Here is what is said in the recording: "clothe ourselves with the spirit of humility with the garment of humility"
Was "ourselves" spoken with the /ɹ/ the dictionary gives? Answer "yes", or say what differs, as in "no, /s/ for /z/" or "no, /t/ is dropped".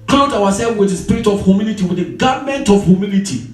no, /w/ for /ɹ/